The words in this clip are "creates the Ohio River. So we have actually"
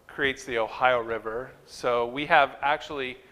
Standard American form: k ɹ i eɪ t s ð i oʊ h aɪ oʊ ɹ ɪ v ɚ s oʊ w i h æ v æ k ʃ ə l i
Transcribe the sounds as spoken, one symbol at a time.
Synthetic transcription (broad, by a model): k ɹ i eɪ t s ð i oʊ h aɪ oʊ ɹ ɪ v ɚ s oʊ w i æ v æ k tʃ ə l i